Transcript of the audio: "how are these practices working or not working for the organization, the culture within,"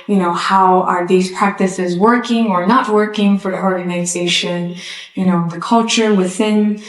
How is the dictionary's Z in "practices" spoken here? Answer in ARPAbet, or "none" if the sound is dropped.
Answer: Z